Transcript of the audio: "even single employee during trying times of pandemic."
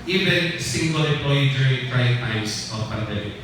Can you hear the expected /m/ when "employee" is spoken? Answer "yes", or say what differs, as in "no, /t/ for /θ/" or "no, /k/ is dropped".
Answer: no, /m/ is dropped